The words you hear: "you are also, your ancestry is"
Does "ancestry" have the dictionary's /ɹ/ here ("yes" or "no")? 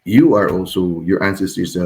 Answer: no